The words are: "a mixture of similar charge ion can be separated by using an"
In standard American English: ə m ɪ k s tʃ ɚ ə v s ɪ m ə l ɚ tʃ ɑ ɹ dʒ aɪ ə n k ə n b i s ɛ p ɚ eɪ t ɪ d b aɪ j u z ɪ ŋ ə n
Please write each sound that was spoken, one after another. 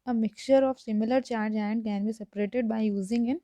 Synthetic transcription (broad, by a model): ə m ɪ k tʃ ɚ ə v s ɪ m ə l ɚ tʃ ɑ ɹ dʒ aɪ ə n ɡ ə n b i s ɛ p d eɪ t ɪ d b aɪ j u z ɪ ŋ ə n